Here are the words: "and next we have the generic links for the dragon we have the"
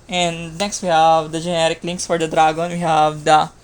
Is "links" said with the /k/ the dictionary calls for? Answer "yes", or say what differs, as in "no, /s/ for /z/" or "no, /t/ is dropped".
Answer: yes